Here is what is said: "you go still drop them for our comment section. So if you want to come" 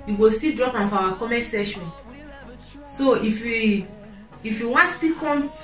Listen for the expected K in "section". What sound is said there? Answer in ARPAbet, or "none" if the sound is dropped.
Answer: none